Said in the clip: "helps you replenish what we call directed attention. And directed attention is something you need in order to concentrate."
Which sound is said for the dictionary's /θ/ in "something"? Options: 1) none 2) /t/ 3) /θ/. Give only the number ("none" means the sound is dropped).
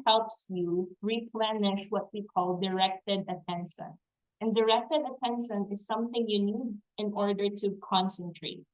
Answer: 3